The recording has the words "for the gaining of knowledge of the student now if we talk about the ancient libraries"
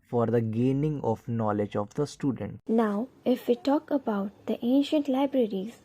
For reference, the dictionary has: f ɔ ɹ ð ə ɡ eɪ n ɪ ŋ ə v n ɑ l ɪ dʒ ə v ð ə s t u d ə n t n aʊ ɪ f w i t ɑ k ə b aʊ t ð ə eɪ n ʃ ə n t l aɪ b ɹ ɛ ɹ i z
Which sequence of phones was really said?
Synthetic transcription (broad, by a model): f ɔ ɹ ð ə ɡ eɪ n ɪ ŋ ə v n ɑ l ɪ dʒ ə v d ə s t u d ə n t n aʊ ɪ f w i t ɑ k ə b aʊ t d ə eɪ n ʃ ə n t l aɪ b ɹ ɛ ɹ i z